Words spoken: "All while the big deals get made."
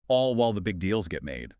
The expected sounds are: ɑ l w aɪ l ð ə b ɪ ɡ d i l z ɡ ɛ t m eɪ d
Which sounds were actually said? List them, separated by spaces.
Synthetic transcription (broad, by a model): ɑ l w aɪ l ð ə b ɪ ɡ d i l z ɡ ɛ t m eɪ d